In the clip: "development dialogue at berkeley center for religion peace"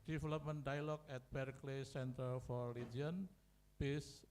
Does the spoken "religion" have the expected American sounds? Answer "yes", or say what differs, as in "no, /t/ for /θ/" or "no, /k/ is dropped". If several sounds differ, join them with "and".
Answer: no, /dʒ/ is dropped